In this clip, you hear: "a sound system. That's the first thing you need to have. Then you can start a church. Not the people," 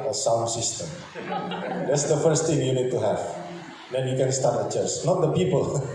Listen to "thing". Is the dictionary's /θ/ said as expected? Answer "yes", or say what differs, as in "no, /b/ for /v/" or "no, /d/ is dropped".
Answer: no, /t/ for /θ/